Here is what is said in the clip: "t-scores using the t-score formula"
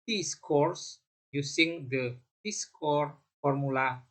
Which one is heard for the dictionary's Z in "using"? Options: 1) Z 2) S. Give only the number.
2